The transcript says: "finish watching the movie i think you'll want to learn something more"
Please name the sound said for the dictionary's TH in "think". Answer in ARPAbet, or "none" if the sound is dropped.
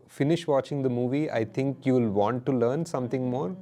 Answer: T